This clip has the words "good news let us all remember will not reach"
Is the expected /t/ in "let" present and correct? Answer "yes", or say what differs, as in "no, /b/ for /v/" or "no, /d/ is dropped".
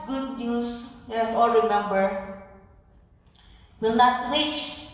no, /t/ is dropped